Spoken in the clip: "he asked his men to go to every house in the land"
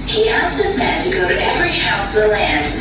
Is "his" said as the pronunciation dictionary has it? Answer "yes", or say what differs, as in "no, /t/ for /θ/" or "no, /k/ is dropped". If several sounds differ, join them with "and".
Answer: yes